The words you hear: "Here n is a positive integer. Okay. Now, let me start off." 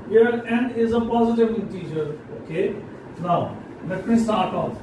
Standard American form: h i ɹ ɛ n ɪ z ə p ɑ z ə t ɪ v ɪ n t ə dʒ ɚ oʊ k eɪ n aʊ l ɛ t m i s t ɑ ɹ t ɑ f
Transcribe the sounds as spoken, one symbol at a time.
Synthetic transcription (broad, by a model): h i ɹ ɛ n ɪ z ə p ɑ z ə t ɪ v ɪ t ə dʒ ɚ oʊ k eɪ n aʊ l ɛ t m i s t ɑ ɹ t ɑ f